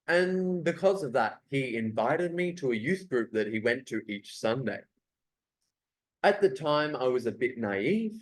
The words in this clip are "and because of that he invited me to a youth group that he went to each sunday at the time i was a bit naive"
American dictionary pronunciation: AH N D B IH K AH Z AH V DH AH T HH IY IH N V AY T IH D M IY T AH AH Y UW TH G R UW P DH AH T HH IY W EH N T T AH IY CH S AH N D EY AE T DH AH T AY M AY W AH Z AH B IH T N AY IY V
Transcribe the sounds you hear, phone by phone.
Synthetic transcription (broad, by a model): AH N B IH K AH Z AH V DH AH T HH IY IH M V AY T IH D M IY T AH AH Y UW TH G R UW P DH AH T HH IY W EH N T T IY CH S AH N D EY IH T DH AH T AY M AY W AH Z AH B IH T N AY IY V